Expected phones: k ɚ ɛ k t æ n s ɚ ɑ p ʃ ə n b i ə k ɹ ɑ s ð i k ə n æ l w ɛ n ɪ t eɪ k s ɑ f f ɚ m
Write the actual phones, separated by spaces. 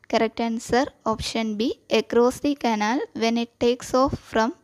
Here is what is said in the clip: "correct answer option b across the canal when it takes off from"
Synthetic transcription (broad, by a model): k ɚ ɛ k t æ n s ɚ ɑ p ʃ ə n b i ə k ɹ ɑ s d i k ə n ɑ l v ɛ n ɪ t eɪ k s ɑ f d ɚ m